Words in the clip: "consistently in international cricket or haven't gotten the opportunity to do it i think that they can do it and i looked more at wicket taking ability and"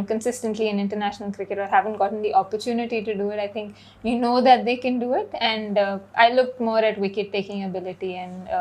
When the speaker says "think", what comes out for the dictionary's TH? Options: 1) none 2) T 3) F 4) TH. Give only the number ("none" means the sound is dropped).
2